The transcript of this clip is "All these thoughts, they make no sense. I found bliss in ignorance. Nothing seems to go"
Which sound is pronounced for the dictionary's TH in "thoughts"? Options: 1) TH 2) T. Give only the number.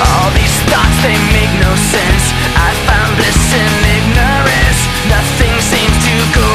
2